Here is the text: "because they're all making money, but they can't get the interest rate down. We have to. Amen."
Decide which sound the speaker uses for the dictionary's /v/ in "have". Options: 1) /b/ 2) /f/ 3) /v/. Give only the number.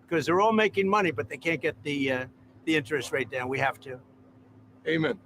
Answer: 2